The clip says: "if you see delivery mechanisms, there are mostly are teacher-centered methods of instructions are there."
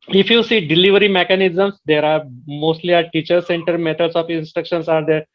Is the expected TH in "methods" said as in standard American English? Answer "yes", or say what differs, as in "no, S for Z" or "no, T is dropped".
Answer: no, T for TH